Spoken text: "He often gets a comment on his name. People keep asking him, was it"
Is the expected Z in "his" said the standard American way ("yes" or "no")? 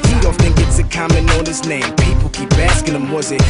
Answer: no